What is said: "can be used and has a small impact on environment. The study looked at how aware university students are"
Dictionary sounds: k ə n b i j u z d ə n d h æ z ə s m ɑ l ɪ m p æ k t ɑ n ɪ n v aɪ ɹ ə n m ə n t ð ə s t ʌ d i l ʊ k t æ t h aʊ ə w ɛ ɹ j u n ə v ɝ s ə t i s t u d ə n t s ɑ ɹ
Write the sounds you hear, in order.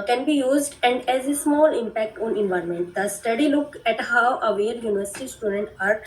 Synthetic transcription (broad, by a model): k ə n b i j u z d ə n d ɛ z ə s m ɑ l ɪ m p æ k t ɑ n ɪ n v aɪ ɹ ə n m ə n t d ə s t ʌ d i l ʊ k æ t h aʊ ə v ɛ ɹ j u n ə v ɝ s ə t i s t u d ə n t ɑ ɹ